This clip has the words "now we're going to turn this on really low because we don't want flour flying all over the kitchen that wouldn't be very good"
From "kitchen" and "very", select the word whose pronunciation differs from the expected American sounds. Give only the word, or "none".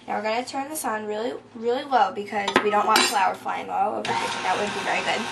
kitchen